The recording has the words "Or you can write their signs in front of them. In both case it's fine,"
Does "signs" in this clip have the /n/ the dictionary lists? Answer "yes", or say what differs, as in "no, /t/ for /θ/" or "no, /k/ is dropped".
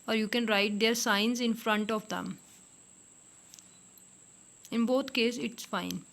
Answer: yes